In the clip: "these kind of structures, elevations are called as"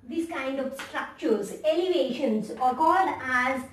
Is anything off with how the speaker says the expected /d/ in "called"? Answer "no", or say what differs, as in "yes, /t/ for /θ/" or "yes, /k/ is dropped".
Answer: no